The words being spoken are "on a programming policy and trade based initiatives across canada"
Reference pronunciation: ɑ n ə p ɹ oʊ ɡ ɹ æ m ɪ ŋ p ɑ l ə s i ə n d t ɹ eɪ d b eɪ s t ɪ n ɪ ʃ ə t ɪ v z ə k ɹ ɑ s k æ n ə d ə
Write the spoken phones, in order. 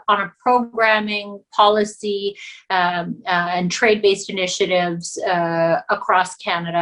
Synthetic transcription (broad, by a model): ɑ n ə p ɹ oʊ ɡ ɹ æ m ɪ ŋ p ɑ l ə s i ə n t ɹ eɪ d b eɪ s t ɪ n ɪ ʃ ə t ɪ v z ə k ɹ ɑ s k æ n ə d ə